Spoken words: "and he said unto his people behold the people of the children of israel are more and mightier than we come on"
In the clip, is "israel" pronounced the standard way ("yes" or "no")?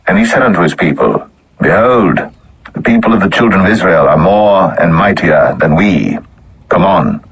yes